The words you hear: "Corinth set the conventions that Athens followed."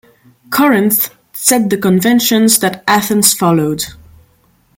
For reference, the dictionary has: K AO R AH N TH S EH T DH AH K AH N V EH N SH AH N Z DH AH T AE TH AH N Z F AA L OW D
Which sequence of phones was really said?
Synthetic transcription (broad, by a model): K AO R AH N TH S EH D DH AH K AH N V EH N SH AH N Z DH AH T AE TH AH N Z F AA L OW D